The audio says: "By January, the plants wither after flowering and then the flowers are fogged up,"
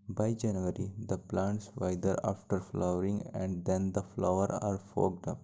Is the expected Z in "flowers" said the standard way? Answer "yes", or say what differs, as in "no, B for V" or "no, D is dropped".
no, Z is dropped